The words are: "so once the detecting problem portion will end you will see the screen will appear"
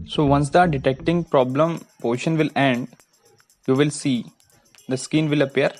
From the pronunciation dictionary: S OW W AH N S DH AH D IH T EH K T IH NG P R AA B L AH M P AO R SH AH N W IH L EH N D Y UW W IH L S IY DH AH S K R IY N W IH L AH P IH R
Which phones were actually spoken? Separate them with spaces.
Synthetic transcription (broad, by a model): S OW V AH N S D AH D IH T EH K T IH NG P R AA B L AH M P AO SH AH N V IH L EH N D Y UW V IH L S IY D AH S K IY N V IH L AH P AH R